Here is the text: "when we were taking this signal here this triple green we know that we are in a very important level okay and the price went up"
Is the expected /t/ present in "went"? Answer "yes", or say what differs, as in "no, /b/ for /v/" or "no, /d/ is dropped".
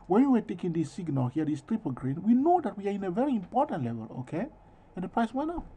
no, /t/ is dropped